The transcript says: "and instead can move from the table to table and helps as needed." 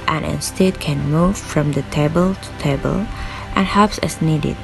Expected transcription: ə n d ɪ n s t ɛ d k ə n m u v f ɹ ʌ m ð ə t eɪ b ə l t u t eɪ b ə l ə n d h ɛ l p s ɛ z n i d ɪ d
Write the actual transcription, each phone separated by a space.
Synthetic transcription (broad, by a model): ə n ɪ n s t ɛ d k ə n m u v f ɹ ʌ m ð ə t eɪ b ə l t u t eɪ b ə l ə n h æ p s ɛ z n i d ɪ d